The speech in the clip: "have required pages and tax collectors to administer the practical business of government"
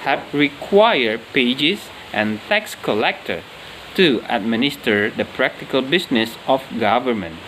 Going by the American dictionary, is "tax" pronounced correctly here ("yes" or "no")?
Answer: yes